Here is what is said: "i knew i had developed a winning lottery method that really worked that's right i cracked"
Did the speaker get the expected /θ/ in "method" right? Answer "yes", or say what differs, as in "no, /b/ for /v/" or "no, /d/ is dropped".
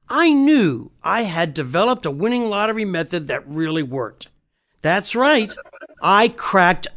yes